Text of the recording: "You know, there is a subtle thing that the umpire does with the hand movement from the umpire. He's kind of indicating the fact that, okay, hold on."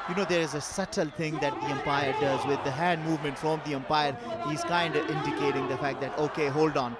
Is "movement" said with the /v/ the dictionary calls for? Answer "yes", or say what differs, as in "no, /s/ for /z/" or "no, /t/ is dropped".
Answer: yes